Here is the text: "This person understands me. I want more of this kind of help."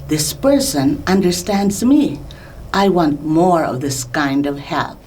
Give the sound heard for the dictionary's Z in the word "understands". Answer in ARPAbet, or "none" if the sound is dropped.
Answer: Z